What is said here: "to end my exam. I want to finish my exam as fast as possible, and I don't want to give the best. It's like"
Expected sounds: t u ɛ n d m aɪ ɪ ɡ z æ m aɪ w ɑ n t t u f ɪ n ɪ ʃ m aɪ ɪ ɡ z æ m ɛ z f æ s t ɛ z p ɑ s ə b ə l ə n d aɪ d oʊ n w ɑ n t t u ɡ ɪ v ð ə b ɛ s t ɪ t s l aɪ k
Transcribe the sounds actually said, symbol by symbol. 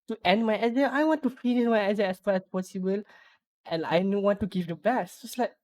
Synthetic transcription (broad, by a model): t u ɛ n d m aɪ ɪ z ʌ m aɪ w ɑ n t t u f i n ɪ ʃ m aɪ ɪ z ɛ ɛ s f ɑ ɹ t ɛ s p ɑ s ə b ə l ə n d aɪ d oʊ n w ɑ n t t u ɡ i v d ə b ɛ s ɪ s l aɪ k